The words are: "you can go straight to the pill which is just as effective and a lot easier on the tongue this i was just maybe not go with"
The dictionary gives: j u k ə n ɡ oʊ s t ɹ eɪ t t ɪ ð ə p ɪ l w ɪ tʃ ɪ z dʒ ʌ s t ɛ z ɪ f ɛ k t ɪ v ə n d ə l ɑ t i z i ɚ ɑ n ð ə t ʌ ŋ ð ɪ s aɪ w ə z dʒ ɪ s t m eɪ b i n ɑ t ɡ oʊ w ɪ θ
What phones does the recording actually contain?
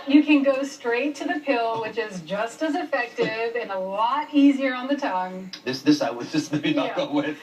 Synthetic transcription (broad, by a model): j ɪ k ə n ɡ oʊ s t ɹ eɪ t t ɪ ð ə p ɪ l w ɪ tʃ ɪ z dʒ ʌ s t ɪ z ɪ f ɛ k t ɪ v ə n ə l ɑ t i z i ɚ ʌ n ð ə t ʌ ŋ ð ɪ s aɪ w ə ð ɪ s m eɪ i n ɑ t ɡ oʊ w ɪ